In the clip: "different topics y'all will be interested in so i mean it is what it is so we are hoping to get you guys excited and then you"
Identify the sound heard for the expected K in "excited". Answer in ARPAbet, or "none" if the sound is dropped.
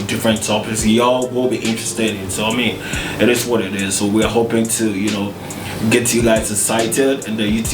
none